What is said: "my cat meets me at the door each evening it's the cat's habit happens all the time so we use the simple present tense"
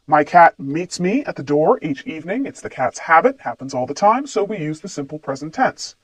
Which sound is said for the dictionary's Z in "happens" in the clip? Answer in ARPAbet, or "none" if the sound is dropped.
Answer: Z